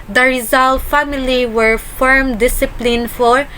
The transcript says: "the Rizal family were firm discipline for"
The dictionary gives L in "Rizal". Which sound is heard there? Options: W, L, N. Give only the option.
L